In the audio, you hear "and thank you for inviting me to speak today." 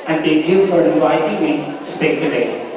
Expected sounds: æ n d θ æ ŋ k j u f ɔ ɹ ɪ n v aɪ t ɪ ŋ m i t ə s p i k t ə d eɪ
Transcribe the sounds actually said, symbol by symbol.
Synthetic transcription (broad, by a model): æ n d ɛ k j u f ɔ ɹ ɪ n v aɪ t ɪ ŋ m i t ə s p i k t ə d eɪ